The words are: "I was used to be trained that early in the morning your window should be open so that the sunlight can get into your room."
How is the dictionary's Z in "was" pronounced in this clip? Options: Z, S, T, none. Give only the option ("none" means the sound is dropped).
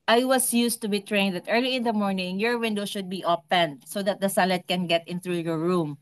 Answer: S